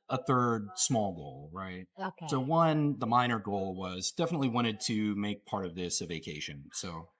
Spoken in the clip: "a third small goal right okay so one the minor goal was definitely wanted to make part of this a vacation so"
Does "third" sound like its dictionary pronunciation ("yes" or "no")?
yes